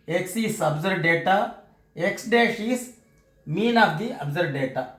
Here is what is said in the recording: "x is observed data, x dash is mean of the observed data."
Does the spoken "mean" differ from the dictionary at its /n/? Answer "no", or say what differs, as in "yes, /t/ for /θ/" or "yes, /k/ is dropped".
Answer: no